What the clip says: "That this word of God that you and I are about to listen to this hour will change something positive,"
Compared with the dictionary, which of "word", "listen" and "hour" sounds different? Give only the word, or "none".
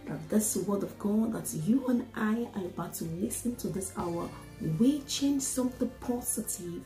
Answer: none